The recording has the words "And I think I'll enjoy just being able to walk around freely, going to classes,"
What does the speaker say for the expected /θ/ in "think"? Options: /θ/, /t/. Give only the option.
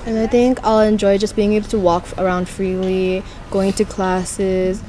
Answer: /θ/